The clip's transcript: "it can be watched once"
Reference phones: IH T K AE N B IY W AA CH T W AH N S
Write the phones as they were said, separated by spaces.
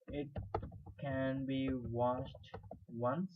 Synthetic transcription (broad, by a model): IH T K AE N B IY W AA SH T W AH N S